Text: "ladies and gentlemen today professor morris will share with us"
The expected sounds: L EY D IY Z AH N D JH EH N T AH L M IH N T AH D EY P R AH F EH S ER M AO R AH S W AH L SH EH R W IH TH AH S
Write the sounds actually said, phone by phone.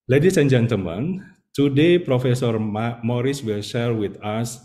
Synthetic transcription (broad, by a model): L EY D IY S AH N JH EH N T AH M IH N T AH D EY P R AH F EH S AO M AO R AH S W AH L SH EH R W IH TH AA S